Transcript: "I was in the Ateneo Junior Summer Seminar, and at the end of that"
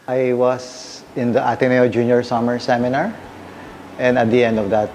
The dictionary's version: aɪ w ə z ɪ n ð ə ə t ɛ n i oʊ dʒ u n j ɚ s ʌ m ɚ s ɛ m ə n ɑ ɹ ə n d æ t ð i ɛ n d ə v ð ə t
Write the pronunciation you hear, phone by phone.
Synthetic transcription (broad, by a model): aɪ w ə s ɪ n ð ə ə t ɛ n i oʊ dʒ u n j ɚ s ʌ m ɚ s ɛ m ə n ɑ ɹ ə n d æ t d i ɛ n d ə v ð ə t